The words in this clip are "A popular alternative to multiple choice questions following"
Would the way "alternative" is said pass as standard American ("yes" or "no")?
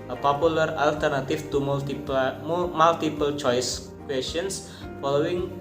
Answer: no